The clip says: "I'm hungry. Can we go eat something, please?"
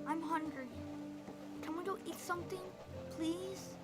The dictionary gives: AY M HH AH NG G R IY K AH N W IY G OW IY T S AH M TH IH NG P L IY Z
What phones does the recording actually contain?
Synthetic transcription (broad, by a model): AY M HH AH NG G R IY K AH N W IY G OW IY T S AH M TH IH NG P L IY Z